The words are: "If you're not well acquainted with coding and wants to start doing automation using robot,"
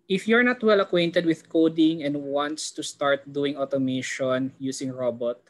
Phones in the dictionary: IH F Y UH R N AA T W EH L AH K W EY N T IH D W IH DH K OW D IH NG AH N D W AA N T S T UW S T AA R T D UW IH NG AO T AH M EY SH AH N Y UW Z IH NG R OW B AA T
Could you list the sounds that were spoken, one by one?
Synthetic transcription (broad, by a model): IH F Y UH R N AA T W EH L AH K W EY N T IH D W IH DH K OW D IH NG AH N D W AA N T S T UW S T AA R T D UW IH NG AO T AH M EY SH AH N Y UW S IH NG R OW B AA T